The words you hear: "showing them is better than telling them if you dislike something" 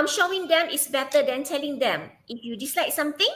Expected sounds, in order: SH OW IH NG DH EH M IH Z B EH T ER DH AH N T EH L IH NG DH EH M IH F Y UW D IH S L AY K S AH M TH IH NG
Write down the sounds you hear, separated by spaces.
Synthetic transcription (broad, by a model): SH OW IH NG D EH M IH S B EH T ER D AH N T EH L IH NG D EH M IH F Y UW D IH S L AY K S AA M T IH NG